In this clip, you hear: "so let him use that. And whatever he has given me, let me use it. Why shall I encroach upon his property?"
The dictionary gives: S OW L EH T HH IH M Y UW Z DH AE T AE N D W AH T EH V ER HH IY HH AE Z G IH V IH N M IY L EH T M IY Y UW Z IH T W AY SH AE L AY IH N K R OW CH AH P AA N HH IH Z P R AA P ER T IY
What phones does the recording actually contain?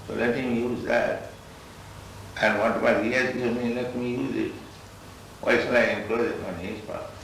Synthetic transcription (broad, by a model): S OW L EH T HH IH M Y UW Z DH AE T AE N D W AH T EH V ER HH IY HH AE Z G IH IH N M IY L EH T M IY Y UW Z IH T W AY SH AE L AY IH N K L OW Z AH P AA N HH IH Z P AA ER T